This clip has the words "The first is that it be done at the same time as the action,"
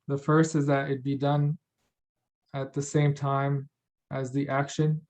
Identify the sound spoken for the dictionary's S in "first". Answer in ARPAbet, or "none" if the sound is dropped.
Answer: S